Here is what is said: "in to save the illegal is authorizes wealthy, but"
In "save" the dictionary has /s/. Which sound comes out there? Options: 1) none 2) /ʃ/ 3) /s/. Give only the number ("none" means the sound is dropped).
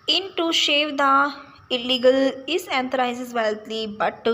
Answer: 2